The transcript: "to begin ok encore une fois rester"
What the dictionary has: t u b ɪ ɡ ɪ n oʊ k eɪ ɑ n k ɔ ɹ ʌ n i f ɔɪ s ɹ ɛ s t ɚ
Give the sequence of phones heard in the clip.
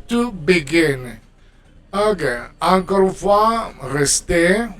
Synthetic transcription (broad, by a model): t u b ɪ ɡ ɪ n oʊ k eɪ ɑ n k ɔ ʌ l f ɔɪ ɹ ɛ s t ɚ